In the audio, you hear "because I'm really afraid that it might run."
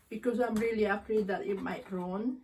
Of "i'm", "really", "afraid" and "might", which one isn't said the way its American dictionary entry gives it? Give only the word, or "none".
afraid